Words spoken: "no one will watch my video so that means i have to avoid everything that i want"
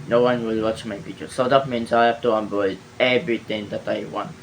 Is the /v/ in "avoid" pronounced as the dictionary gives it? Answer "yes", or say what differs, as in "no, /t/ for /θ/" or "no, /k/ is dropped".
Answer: no, /b/ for /v/